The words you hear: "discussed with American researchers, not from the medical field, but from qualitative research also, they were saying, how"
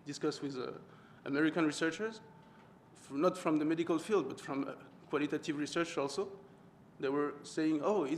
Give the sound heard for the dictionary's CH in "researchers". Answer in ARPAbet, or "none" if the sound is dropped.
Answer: CH